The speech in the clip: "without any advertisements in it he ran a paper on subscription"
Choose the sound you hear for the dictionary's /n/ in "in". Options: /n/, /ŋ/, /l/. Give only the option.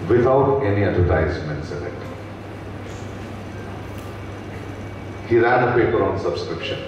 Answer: /l/